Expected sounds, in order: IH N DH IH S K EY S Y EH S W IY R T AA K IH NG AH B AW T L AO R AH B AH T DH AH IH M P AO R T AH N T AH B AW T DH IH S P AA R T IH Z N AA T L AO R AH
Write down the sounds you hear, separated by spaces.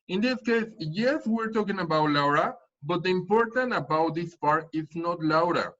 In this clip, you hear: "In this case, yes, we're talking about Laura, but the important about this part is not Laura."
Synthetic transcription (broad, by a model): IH N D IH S K EY S Y EH S W IY R T AA K IH NG AH B AW T L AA R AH B AH T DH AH IH M P AO R T AH N T AH B AW T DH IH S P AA R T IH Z N AA T L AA R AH